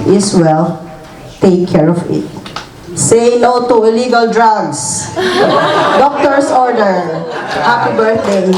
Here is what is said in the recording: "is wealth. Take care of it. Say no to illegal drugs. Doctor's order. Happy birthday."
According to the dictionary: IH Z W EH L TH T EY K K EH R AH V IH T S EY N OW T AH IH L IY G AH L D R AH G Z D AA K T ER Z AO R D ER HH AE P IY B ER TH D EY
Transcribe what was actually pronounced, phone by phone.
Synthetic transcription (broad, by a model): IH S W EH L T EY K K EH R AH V IH T S EY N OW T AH IH L IY G AH L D R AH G S D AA K T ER S AO R D ER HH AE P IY B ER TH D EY